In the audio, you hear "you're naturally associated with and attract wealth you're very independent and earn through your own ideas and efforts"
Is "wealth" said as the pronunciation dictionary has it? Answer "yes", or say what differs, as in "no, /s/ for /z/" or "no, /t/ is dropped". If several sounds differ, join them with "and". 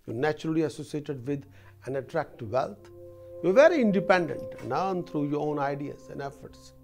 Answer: no, /t/ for /θ/